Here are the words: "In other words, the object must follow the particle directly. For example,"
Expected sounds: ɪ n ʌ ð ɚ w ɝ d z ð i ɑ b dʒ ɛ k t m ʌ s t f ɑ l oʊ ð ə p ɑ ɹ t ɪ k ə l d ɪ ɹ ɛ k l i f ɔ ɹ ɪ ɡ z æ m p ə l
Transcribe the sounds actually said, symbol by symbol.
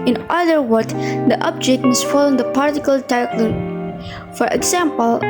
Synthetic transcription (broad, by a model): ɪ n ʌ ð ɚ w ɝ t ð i ɑ b dʒ ɛ k t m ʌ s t f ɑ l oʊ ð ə p ɑ ɹ t ɪ k ə l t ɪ ɪ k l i f ɔ ɹ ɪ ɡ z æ m p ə l